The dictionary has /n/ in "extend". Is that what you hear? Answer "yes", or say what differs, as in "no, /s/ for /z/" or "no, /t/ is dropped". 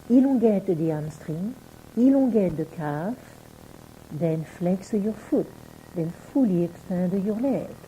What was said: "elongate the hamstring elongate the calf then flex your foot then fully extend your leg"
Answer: no, /n/ is dropped